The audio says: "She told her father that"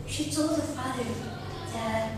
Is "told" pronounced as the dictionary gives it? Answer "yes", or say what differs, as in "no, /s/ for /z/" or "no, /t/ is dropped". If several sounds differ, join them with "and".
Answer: yes